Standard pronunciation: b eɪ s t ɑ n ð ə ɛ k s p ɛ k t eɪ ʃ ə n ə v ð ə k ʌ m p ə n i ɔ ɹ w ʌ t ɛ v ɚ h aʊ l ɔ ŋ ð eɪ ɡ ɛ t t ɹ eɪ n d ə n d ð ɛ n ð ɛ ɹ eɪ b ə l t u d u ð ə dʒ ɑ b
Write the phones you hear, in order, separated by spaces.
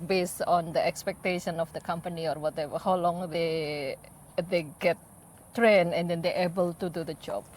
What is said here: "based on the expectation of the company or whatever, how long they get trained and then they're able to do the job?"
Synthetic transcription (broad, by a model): b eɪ s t ɑ n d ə ɛ k s p ɛ k t eɪ ʃ ə n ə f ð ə k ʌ m p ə n i ɔ ɹ w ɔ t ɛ v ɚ h aʊ l ɔ ŋ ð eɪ ɡ ɛ t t ɹ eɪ n ə n d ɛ n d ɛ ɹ eɪ b ə l t u d u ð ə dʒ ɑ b